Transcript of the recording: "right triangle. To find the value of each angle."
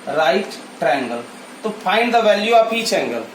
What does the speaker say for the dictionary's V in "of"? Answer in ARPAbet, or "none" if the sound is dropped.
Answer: P